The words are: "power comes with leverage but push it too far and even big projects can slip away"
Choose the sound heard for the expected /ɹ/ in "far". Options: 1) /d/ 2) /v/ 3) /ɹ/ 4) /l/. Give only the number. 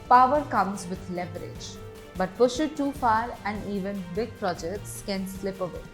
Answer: 3